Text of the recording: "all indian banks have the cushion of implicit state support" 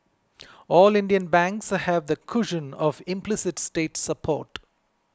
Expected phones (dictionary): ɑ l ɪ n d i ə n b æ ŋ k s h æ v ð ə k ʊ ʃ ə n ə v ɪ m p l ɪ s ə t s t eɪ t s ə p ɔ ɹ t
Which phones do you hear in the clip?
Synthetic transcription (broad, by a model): ɑ l ɪ n d i ə n b æ ŋ k s h æ v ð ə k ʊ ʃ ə n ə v ɪ m p l ɪ s ə t s t eɪ t s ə p ɔ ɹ t